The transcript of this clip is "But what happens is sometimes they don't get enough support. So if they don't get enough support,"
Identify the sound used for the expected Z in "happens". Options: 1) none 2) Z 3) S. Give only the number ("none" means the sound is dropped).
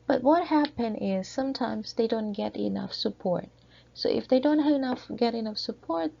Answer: 1